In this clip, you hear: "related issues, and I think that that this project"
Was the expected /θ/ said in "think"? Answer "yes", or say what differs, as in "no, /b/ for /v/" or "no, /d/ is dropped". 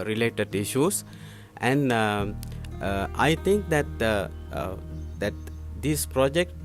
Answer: no, /t/ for /θ/